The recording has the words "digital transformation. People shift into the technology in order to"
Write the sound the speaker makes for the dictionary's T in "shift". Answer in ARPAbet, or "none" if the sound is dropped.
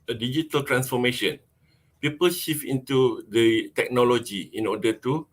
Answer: none